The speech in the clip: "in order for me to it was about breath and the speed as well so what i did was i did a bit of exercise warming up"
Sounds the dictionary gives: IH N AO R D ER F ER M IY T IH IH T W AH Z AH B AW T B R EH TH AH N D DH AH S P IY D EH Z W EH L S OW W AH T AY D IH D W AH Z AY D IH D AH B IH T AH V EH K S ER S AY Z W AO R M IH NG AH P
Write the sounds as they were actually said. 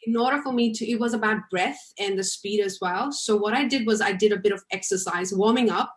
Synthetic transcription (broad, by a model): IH N AO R D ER F ER M IY T IH IH T W AH Z AH B AW T B R EH TH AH N DH AH S P IY D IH Z W EH L S OW W AH T AY D IH D W AH Z AY D IH D AH B IH T AH V EH K S ER S AY Z W AO R M IH NG AH P